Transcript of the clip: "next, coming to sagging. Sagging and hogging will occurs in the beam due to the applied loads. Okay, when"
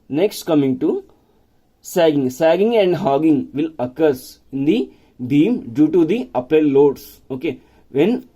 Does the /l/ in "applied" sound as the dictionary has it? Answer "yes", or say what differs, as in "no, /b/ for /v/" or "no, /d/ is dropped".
no, /l/ is dropped